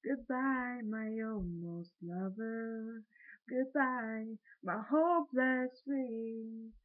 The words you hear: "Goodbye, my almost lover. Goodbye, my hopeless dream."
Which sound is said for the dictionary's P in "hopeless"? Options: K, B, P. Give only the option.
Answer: B